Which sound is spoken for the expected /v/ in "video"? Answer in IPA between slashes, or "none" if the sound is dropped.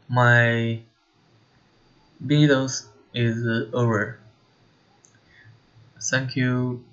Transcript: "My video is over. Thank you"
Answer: /b/